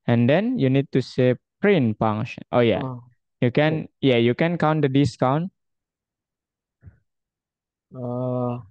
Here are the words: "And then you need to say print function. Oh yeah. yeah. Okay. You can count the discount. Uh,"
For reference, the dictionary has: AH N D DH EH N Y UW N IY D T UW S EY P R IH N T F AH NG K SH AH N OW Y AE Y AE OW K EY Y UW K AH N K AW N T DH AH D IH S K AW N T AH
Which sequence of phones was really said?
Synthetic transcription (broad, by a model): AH N D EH N Y UW N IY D T UW S EY P R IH N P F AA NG SH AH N OW Y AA Y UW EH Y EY Y UW K AH N K AW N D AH D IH S K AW N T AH